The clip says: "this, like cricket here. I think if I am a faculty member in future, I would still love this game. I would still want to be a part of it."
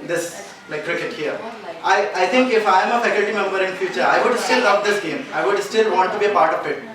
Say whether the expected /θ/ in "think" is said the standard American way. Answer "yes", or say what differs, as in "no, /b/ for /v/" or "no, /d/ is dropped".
no, /t/ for /θ/